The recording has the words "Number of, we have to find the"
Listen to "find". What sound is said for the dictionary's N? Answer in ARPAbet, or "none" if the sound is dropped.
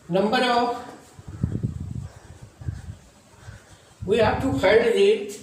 none